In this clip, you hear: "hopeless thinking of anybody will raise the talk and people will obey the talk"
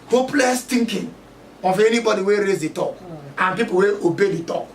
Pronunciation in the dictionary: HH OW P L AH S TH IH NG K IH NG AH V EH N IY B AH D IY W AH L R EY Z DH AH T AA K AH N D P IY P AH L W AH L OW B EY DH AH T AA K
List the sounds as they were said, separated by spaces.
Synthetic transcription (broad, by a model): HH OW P L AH S T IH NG K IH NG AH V EH N IY B AH D IY W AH R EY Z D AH T AA K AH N P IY P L W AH OW B EY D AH T AA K